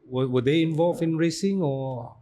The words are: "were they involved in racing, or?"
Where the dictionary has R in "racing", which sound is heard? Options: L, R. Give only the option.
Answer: R